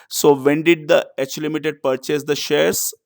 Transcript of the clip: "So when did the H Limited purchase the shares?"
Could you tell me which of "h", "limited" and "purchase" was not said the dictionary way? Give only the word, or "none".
none